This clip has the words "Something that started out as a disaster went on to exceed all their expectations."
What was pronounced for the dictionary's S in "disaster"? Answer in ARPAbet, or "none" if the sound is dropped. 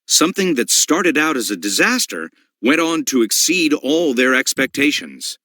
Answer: S